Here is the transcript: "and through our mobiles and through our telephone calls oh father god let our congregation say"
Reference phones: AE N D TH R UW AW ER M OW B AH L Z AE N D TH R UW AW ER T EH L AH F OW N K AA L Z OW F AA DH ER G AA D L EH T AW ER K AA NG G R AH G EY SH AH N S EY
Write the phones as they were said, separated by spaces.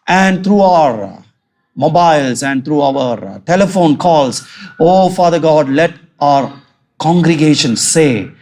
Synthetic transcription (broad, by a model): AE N D T R UW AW ER M OW B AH L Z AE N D T R UW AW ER T EH L AH F OW N K AA L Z OW F AA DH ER G AA D L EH T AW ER K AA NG G R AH G EY SH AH N S EY